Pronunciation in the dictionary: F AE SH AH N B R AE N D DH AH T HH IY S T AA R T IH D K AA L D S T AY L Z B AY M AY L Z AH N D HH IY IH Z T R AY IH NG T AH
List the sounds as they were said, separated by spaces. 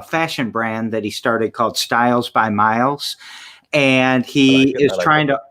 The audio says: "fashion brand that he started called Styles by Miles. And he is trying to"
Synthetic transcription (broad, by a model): F AE SH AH N B R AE N DH AH T HH IY S T AA R T IH D K AA L D S T AY L Z B AY M AY L Z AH N IY IH Z T R AY IH NG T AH